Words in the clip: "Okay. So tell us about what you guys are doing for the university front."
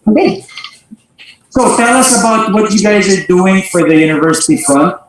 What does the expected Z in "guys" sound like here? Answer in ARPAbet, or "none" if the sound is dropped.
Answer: Z